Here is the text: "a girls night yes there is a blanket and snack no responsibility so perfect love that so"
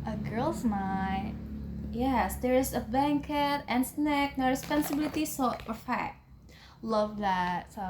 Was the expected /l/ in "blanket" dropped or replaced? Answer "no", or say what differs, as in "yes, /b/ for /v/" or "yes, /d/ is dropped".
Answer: yes, /l/ is dropped